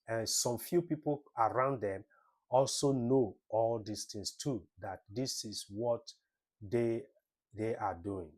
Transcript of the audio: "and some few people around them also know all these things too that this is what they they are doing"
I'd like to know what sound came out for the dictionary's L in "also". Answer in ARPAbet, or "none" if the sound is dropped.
L